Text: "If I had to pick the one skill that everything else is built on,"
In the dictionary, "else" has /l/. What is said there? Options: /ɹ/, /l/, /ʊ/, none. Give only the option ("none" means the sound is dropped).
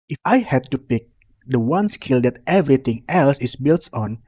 /l/